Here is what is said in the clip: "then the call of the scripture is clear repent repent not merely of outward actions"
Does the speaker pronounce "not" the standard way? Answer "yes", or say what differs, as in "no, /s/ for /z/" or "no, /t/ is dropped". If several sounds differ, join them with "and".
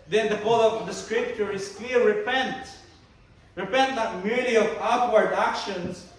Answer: no, /l/ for /n/